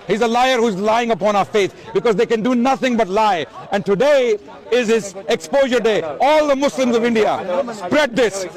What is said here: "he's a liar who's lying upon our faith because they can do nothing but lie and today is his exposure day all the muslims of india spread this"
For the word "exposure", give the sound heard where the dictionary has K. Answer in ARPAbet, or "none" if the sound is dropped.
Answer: K